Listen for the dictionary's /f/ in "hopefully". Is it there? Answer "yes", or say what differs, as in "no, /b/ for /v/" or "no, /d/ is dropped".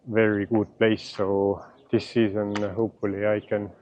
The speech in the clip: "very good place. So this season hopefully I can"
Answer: no, /f/ is dropped